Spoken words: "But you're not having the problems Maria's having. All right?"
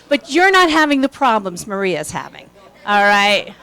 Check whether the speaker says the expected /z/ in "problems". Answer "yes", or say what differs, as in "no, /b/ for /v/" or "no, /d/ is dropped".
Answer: yes